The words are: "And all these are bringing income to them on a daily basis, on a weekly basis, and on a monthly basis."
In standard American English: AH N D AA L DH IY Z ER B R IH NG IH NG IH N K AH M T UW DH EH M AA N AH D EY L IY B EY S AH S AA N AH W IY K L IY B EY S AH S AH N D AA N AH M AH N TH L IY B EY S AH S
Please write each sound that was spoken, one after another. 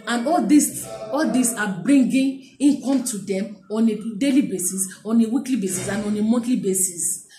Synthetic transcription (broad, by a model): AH N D AA L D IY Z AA B R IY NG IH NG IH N K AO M T UW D EH M AA N AH D EY L IY B EY S AH S AA N AH W IY K L IY B EY S AH S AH N AA N AH M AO N T L IY B EY S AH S